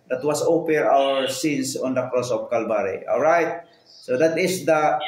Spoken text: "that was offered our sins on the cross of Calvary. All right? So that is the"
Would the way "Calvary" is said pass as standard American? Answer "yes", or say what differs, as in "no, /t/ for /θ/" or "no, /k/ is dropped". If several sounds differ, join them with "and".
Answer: no, /b/ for /v/